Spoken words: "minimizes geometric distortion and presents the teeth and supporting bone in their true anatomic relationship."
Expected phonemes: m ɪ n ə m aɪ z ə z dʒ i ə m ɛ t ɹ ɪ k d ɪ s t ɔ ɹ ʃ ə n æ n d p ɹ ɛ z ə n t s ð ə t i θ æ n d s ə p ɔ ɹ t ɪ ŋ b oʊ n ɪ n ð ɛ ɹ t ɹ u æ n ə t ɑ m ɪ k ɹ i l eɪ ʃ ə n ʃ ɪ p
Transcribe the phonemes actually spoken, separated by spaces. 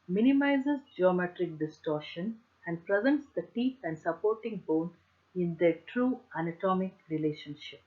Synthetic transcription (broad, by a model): m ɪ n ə m aɪ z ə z dʒ i ə m ɛ t ɹ ɪ k d ɪ s t ɔ ɹ ʃ ə n æ n d p ɹ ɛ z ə n t s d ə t i t æ n d s ə p ɔ ɹ t ɪ ŋ b oʊ n ɪ n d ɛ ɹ t ɹ u æ n ə t ɑ m ɪ k ɹ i l eɪ ʃ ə n ʃ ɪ p